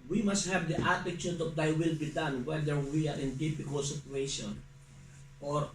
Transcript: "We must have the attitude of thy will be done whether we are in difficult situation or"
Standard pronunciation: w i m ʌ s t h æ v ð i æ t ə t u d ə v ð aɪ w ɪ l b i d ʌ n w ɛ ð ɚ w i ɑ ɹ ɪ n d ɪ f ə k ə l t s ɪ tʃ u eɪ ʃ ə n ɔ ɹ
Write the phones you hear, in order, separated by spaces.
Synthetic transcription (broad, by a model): w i m ʌ s t h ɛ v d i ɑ t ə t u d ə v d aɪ w ɪ l b i d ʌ n w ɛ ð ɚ w i ɑ ɹ ɪ n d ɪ p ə k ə l s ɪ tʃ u eɪ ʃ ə n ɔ ɹ